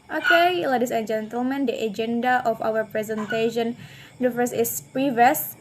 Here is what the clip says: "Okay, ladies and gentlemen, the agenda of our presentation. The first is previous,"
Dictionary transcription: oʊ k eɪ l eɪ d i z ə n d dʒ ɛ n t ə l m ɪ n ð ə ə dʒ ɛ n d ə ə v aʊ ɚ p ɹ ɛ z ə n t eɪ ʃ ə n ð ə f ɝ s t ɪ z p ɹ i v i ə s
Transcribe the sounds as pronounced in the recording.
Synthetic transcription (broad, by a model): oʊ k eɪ l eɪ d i s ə n dʒ ɛ n t ə l m ɪ n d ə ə dʒ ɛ n d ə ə f aʊ ɚ p ɹ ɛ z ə n t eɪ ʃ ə n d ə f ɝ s ɪ s p ɹ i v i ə s